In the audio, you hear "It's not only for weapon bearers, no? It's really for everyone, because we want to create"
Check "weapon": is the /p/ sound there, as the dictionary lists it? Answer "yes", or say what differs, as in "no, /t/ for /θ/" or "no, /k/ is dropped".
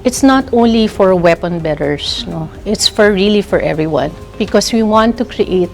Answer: yes